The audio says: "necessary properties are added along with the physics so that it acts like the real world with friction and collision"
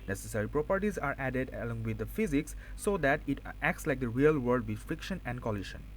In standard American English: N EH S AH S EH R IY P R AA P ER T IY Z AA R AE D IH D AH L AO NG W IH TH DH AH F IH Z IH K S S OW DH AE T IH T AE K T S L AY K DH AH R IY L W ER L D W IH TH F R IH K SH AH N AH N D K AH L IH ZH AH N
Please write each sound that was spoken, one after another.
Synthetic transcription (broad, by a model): N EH S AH S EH R IY P R AA P ER T IY Z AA R AE D IH D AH L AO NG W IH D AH F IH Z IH K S S OW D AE T IH T AE K T S L AY K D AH R IY L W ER D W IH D F R IH K SH AH N AH N D K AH L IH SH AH N